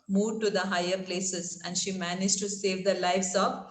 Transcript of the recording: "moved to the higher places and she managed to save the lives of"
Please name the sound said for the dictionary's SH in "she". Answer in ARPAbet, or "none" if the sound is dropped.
SH